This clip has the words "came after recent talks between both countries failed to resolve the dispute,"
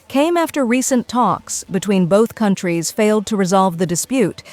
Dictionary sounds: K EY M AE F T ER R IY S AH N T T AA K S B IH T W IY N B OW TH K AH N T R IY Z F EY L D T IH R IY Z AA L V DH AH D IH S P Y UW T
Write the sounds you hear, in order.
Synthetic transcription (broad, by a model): K EY M AE F T ER R IY S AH N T T AA K S B IH T W IY N B OW TH K AH N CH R IY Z F EY L D T IH R IY Z AA L V DH AH D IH S P Y UW T